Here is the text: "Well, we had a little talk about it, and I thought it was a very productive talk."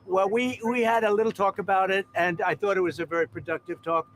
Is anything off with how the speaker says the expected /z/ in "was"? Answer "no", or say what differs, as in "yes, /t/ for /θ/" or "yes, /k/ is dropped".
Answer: no